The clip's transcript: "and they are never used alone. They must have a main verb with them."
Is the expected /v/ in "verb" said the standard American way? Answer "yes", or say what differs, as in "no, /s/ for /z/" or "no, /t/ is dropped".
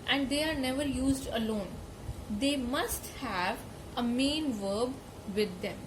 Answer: yes